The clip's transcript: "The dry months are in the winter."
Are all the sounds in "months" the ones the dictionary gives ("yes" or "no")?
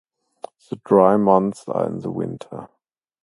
yes